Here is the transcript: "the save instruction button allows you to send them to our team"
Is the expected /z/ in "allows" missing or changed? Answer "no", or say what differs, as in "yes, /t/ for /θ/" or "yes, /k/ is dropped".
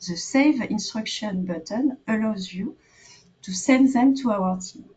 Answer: no